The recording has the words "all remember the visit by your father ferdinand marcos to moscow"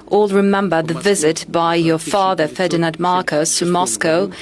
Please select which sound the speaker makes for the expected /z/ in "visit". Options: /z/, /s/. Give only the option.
/z/